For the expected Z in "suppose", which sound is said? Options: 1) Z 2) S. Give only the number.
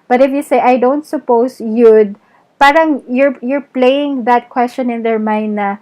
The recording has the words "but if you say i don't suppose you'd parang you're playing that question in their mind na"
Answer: 2